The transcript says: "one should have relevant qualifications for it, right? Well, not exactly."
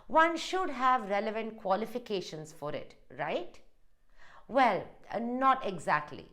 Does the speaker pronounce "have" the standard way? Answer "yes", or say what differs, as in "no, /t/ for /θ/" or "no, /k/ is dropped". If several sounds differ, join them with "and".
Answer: yes